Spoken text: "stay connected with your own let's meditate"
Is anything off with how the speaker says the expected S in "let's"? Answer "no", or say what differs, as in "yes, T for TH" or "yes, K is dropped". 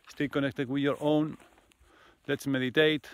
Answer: no